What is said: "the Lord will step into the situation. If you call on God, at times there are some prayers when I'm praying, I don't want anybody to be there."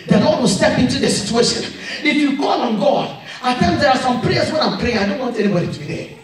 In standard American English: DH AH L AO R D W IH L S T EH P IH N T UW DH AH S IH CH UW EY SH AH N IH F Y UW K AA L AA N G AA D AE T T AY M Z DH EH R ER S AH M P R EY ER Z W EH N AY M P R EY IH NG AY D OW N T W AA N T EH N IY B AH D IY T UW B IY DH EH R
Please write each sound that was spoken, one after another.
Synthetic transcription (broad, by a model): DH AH L AO D W IH L S T EH P IH N T UW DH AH S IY CH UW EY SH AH N IH F Y UW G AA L AA N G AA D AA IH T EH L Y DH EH R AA S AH M P R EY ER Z W EH N AY M P R EY IH NG AY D OW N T W AA N T EH N IY B AH D IY T UW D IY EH